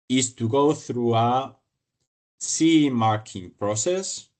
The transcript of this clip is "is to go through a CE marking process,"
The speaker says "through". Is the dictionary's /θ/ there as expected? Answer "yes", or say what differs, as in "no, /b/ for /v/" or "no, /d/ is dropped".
yes